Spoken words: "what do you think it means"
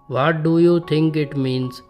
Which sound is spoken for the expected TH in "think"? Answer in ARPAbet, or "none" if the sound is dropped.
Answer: T